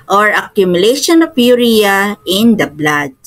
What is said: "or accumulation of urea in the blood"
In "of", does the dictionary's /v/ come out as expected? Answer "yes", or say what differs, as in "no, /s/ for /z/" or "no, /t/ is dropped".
no, /p/ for /v/